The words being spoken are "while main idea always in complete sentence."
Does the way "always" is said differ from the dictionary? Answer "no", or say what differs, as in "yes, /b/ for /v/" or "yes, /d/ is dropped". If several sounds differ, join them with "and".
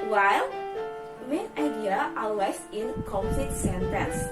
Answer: yes, /l/ is dropped